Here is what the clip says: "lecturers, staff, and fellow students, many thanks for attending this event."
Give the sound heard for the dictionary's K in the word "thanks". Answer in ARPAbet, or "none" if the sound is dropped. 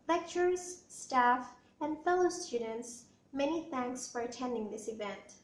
K